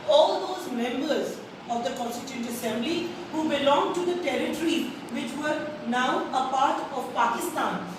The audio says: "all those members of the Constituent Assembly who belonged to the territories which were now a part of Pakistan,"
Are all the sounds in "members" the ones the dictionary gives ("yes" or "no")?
yes